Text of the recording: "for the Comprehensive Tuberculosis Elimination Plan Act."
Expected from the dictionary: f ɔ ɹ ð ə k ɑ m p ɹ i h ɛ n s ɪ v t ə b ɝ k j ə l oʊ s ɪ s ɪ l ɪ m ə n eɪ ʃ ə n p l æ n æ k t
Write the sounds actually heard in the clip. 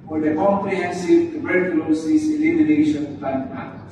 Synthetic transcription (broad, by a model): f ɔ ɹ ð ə k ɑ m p ɹ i h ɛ n s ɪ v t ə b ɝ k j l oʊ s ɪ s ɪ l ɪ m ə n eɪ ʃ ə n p æ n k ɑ